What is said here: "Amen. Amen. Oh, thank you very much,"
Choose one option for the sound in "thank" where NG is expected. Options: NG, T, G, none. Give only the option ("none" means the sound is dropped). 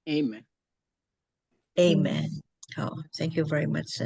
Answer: NG